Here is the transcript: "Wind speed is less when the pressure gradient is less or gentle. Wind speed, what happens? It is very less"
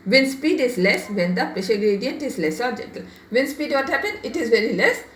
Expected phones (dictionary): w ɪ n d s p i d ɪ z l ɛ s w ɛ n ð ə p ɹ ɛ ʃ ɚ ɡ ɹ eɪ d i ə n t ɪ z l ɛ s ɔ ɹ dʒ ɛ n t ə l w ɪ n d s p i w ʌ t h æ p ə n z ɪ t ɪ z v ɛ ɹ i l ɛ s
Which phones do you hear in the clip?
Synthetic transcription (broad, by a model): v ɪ n s p i d ɪ z l ɛ s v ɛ n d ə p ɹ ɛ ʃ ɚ ɡ ɹ eɪ d i ə n t ɪ z l ɛ s ɔ ɹ dʒ ɛ n t ə l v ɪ n s p i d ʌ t h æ p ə n ɪ t ɪ z v ɛ ɹ i l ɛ s